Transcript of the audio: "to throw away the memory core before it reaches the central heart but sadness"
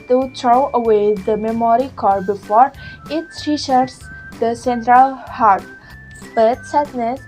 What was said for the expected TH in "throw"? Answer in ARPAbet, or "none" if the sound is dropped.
T